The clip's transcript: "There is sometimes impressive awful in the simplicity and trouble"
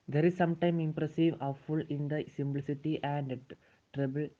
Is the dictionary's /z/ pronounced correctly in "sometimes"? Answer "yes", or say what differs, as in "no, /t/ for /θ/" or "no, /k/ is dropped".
no, /z/ is dropped